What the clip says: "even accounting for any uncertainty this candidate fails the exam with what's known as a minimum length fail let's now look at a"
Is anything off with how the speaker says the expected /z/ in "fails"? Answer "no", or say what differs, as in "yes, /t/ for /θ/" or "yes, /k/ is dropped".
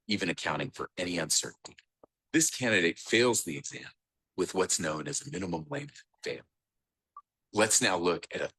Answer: no